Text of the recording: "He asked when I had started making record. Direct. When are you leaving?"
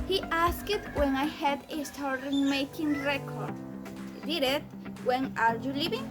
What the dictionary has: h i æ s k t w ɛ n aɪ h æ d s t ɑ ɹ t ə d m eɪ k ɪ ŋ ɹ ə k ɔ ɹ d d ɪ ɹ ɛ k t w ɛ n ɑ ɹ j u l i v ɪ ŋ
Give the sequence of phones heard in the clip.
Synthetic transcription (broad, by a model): h i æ s k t w ɛ n aɪ h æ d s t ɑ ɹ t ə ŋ m eɪ k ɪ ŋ ɹ ə k ɔ ɹ d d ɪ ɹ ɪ t w ɛ n ɑ ɹ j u l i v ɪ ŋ